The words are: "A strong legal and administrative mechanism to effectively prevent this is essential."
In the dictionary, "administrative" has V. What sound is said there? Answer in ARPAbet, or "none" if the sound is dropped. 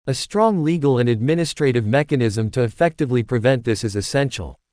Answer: V